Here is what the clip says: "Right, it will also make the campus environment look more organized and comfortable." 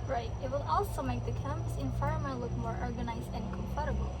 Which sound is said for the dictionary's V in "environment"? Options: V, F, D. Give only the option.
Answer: F